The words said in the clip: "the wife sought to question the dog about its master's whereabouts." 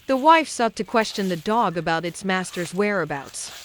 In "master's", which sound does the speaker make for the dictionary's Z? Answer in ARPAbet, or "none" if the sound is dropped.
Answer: Z